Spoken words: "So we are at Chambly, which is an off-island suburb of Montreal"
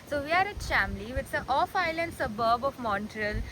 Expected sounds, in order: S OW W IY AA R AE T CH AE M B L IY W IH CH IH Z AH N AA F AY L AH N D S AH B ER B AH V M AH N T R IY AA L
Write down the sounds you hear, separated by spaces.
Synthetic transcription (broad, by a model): S OW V IY AA R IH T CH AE M L IY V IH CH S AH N AA F AY L AH N D S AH B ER B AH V M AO N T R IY L